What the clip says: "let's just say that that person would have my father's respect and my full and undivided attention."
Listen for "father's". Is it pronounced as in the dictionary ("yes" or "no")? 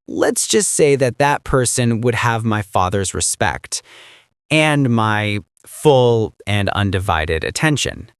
yes